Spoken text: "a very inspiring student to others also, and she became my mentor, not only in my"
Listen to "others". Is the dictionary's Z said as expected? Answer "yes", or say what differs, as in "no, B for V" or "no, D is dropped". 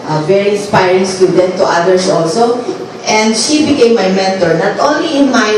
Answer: no, S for Z